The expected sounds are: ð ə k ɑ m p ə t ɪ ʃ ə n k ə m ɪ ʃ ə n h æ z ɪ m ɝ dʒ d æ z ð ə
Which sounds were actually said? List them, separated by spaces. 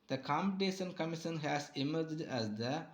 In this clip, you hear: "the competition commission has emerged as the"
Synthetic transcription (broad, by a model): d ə k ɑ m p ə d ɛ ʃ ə n k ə m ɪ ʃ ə n h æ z ɪ m ɝ dʒ d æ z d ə